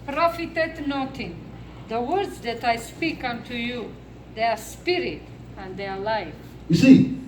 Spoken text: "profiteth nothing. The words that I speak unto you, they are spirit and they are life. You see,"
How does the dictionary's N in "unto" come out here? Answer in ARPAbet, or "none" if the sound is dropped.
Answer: N